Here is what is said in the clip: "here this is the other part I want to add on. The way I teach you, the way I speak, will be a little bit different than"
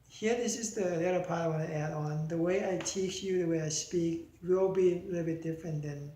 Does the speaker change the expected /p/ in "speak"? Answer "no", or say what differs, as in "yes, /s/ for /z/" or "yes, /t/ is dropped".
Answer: no